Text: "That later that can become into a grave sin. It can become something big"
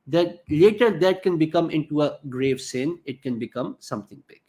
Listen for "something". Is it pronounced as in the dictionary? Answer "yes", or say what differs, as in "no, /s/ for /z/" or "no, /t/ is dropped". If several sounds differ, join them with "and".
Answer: no, /t/ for /θ/